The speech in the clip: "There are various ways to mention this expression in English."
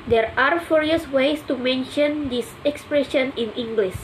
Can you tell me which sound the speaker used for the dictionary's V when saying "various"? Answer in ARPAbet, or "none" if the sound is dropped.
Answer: F